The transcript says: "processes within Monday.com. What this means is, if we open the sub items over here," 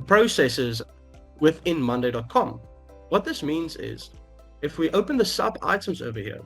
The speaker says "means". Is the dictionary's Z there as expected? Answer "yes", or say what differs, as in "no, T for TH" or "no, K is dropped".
yes